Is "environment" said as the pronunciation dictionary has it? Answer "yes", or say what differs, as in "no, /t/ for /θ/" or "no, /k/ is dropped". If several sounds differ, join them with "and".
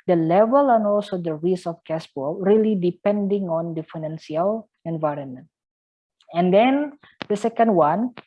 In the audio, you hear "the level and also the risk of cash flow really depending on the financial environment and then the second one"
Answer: yes